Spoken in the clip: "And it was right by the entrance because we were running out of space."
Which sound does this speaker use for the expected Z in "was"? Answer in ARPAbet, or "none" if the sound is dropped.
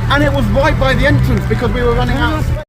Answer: Z